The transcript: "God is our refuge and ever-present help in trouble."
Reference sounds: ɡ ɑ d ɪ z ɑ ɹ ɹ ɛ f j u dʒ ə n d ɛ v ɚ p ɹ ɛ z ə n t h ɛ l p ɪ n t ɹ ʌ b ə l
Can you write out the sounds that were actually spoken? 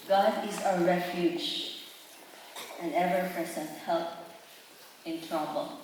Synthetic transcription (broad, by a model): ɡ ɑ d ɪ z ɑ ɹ ɹ ɛ f j u dʒ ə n ɛ v ɚ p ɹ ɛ s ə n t h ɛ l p ɪ n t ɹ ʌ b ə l